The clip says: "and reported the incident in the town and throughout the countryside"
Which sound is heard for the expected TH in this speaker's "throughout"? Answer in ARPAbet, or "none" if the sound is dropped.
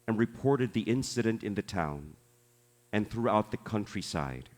TH